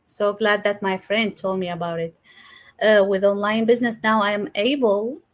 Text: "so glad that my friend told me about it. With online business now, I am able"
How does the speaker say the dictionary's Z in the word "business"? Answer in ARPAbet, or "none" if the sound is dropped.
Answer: Z